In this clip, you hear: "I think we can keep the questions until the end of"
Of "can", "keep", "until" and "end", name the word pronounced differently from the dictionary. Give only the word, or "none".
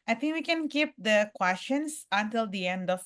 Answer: none